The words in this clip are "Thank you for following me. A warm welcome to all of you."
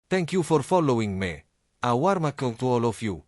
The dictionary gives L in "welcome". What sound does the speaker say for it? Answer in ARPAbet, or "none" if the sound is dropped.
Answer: none